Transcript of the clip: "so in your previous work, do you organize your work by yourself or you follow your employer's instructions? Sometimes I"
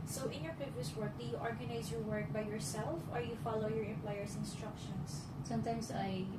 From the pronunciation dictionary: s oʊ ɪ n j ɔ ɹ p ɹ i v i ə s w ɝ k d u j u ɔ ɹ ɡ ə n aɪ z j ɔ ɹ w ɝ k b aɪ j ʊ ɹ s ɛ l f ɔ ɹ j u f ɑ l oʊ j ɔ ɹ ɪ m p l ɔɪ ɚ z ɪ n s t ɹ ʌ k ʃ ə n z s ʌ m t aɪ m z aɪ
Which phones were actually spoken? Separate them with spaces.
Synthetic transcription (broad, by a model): s oʊ ɪ n j ɔ ɹ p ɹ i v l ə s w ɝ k d u j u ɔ ɹ ɡ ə n aɪ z j ɔ ɹ w ɝ k b aɪ j ʊ ɹ s ɛ l f ɔ ɹ j u f ɑ l oʊ j ɔ ɹ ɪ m p l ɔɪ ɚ s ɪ n s t ɹ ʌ k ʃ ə n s s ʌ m t aɪ m s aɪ